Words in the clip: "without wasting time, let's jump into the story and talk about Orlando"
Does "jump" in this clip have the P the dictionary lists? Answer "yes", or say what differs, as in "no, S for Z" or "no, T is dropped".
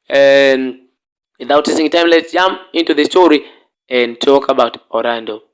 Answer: no, P is dropped